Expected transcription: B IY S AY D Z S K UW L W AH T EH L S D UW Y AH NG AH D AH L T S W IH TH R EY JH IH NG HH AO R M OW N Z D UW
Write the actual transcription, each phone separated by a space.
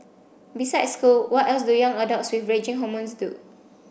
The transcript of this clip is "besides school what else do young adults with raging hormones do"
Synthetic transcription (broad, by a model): B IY S AY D S K UW L W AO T EH L S D UW Y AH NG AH D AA T S W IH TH R EY JH IH NG HH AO M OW N S D UW